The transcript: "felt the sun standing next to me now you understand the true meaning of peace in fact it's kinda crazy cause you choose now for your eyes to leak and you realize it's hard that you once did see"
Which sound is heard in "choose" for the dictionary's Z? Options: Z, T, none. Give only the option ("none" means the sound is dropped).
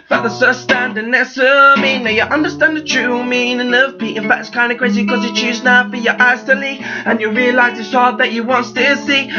Z